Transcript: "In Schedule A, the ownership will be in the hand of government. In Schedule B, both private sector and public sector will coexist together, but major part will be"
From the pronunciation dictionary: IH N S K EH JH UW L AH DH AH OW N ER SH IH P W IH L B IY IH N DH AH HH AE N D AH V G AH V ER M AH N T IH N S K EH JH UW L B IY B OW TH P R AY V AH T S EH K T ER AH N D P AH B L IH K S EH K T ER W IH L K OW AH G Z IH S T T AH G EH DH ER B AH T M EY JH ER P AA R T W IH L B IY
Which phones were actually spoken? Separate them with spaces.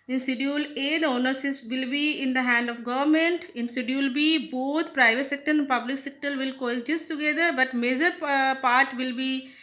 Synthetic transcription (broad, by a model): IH N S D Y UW L AH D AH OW N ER S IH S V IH L B IY IH N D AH HH AE N D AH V G AH V ER M AH N T IH N S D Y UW L B IY B OW T P R AY V AH T S EH K T ER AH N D P AH B L IH K S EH K T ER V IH L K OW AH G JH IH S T T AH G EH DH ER B AH T M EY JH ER P AA R T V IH L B IY